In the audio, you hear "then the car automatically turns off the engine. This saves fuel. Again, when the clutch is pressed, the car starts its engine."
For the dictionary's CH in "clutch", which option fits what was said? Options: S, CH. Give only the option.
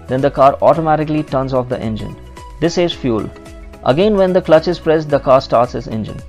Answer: CH